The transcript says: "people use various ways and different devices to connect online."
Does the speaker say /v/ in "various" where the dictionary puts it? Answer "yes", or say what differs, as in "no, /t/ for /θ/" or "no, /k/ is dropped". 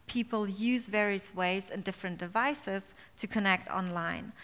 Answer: yes